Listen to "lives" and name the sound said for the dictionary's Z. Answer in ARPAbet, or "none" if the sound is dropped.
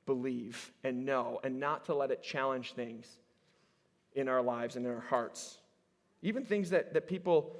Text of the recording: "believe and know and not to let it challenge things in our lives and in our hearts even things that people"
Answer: Z